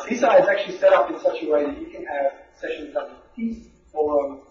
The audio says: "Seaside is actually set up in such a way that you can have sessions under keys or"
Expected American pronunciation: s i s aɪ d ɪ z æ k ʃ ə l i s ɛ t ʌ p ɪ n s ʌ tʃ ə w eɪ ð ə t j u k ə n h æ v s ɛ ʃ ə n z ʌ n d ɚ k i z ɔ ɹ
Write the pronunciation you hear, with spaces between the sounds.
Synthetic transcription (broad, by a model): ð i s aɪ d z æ k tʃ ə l i s ɛ t ʌ p ɪ n s ʌ tʃ ə w eɪ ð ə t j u k ə n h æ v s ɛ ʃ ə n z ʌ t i ɔ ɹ